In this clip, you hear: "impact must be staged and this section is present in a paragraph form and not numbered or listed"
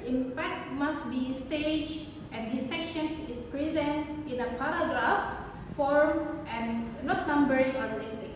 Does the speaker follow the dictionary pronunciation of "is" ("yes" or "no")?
no